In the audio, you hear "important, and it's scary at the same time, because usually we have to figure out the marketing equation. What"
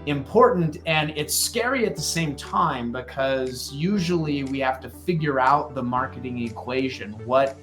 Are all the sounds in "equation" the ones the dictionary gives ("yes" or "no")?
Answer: yes